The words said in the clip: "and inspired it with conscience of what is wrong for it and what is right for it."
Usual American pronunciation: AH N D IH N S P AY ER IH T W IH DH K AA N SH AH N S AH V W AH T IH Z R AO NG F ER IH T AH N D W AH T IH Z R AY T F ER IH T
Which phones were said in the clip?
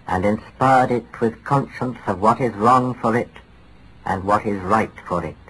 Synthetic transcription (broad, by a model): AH N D IH N S P AY ER IH T W IH DH K AA N SH AH N S AH V W AH T IH Z R AO NG F ER IH T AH N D W AH T IH Z R AY T F ER IH T